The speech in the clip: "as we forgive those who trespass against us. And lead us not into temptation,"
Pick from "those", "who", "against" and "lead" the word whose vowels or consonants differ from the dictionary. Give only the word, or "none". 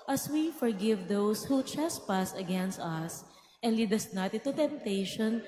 those